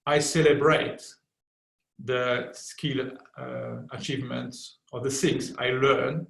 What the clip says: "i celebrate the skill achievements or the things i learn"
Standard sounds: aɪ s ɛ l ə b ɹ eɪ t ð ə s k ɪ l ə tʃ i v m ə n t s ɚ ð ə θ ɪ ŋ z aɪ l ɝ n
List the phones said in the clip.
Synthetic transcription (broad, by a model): aɪ s ɛ l ə b ɹ eɪ t ð ə s k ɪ l ə tʃ i v m ə n t s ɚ ð ə s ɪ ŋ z aɪ l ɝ n